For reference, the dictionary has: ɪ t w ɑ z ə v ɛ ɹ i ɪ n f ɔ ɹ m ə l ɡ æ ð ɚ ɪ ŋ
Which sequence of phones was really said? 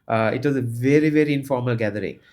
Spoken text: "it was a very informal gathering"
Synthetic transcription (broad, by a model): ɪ t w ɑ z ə v ɛ ɹ i ɪ n f ɔ ɹ m ə l ɡ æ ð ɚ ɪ ŋ